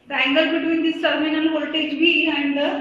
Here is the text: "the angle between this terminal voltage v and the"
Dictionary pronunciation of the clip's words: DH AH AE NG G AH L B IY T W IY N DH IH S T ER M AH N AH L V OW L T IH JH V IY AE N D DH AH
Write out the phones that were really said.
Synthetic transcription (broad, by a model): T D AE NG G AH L B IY T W IY N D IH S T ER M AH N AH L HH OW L T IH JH B IY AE N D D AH